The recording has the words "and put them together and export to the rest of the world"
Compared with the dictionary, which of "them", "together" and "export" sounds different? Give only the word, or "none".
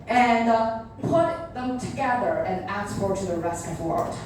export